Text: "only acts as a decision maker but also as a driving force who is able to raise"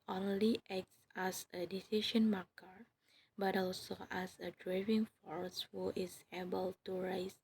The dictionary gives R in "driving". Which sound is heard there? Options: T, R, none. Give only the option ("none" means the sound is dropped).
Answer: R